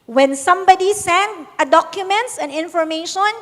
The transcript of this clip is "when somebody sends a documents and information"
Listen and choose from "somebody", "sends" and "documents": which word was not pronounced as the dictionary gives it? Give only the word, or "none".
sends